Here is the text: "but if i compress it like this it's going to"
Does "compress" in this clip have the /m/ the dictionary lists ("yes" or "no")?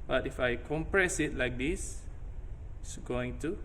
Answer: yes